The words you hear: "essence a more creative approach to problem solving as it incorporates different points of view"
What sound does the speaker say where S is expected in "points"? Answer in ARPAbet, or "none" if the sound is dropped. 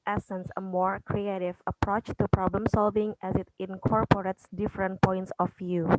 S